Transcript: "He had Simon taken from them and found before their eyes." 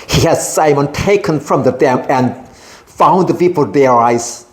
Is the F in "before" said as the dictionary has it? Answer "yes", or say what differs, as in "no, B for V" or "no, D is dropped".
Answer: no, P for F